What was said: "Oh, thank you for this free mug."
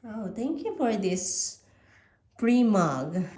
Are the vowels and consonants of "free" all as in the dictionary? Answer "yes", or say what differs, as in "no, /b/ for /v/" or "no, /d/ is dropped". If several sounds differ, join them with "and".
no, /p/ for /f/